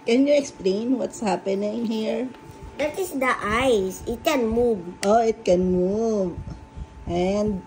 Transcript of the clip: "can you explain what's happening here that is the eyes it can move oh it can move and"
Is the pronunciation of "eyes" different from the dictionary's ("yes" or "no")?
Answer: yes